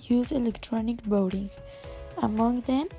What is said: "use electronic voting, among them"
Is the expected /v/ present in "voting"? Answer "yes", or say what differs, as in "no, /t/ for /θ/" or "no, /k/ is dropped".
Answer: no, /b/ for /v/